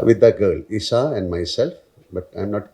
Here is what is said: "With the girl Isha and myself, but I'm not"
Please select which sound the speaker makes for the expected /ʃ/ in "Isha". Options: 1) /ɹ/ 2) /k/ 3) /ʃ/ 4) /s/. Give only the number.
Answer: 4